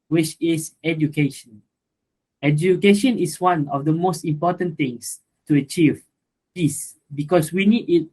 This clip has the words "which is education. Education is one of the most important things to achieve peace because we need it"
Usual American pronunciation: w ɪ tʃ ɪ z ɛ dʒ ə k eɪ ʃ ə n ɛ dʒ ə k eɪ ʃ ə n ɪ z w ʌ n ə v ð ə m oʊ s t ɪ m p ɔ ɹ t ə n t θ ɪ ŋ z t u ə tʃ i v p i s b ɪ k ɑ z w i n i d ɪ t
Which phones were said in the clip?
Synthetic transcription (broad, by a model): w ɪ tʃ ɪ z ɛ dʒ ə k eɪ ʃ ə n ɛ dʒ ə k eɪ ʃ ə n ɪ s w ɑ n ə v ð ə m oʊ s t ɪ m p ɔ t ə n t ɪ ŋ s t u ə tʃ i v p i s b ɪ k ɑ s w i n i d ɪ t